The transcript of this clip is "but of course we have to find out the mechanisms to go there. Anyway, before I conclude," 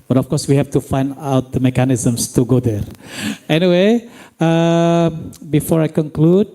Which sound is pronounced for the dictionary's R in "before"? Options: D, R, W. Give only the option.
R